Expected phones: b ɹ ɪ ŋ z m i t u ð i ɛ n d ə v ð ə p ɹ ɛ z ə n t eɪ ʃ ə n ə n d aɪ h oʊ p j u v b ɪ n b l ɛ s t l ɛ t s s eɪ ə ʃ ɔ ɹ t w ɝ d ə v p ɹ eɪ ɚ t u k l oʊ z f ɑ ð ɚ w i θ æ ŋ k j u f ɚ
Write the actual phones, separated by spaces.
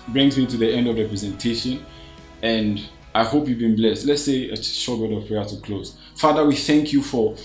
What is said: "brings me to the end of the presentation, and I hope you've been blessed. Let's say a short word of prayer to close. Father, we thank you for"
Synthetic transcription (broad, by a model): b ɹ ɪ ŋ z m i t u ð i ɛ n d ə v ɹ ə p ɹ ɛ z ə n t eɪ ʃ ə n ə n d aɪ h oʊ p j u v b ɪ n b l ɛ s t l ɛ t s s eɪ ə ʃ ɔ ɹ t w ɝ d ə v p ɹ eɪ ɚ t u k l oʊ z f ɑ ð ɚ w i θ æ ŋ k j u f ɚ